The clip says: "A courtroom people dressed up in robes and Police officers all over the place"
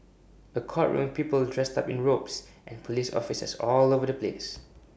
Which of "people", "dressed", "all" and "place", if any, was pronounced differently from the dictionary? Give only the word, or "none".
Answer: none